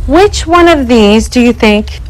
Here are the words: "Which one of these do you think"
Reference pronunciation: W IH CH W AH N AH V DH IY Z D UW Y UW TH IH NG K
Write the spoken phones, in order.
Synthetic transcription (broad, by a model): W IH CH W AH N AH V DH IY Z D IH Y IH TH IH NG K